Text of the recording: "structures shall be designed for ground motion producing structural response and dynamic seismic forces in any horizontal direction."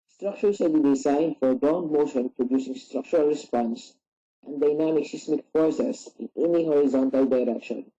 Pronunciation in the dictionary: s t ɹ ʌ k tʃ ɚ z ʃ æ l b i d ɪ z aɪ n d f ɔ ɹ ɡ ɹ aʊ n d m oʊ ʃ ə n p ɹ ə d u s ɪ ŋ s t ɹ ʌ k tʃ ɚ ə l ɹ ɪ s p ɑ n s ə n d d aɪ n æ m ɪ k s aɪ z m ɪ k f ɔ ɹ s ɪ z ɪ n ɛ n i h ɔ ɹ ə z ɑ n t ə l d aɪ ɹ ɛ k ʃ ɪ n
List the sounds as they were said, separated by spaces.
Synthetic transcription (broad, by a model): s t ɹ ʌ k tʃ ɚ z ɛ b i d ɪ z aɪ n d f ɔ ɹ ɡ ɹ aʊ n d m oʊ ʃ ə n p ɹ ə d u s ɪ ŋ s t ɹ ʌ k tʃ ɚ ə l ɹ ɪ s p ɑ n s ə n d d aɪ n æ m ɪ k s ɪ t m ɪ k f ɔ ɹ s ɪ s ɪ n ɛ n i h ɔ ɹ ə z ɑ n t ə l d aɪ ɹ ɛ k ʃ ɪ n